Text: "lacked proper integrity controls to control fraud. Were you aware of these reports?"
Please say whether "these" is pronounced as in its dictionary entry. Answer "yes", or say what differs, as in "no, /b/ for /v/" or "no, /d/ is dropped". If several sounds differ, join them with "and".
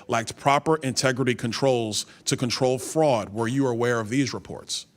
yes